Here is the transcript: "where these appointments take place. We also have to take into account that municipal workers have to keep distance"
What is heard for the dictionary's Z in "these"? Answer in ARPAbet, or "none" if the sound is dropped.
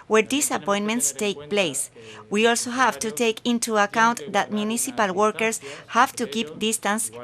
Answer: S